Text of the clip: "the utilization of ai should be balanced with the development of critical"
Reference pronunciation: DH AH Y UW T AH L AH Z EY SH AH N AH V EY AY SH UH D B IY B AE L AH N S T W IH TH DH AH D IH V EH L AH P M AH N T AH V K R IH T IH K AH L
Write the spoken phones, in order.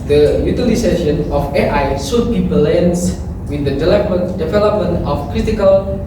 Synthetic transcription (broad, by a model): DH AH Y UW T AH L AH S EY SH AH N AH F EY AY S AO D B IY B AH L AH N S W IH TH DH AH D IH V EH L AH P M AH N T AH F K R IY T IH K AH L